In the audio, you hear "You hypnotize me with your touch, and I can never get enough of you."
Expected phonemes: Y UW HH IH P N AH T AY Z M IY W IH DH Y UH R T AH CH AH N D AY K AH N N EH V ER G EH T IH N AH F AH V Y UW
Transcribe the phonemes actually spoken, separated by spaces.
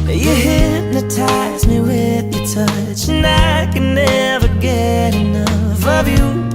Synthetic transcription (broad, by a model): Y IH HH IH N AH T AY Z M IY W IH DH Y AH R T AH CH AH N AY K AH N N EH V ER G EH T IH N AH F AH V Y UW